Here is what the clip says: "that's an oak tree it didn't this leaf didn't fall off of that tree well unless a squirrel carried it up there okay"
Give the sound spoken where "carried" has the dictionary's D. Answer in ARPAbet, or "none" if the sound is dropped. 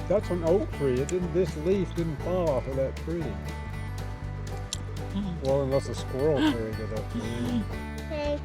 none